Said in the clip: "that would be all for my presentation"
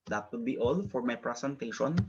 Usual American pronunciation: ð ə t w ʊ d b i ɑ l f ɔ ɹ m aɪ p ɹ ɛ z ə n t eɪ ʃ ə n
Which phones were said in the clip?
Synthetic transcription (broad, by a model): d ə t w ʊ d b i ɑ l f ɔ ɹ m aɪ p ɹ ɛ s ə n t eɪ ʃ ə n